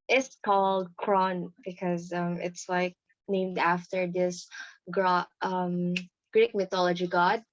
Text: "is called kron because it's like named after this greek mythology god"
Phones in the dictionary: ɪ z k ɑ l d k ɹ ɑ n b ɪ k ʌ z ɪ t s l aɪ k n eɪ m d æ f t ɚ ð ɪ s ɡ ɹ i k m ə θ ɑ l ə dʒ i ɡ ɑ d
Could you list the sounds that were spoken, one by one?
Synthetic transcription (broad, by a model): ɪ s k ɑ l d k ɹ ɑ n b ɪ k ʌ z ɪ t s l aɪ k n eɪ m d æ f t ɚ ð ɪ s ɡ ɹ i k m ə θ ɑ l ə dʒ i ɡ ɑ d